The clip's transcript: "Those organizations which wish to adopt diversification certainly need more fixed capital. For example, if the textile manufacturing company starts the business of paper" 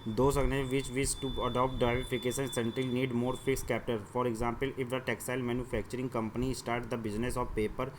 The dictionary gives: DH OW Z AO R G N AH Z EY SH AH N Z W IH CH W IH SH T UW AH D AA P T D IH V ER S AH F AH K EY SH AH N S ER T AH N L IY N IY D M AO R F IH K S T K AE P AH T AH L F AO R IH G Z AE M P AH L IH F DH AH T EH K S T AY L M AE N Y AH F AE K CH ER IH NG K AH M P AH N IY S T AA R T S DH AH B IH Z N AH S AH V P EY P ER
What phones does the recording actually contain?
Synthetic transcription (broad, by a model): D OW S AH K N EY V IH CH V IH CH T UW AH D AA P T D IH IH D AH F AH K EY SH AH N S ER T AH L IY N IY D M AO R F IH K S K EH P T AH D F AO R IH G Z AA M P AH L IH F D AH T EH K S AY L M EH N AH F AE K CH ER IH NG K AH M P AH N IY S T AA R T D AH B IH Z N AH S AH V P EY P ER